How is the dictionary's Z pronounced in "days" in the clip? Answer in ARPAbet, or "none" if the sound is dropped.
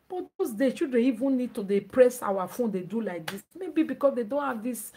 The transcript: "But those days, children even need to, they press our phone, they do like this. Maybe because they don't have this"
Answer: none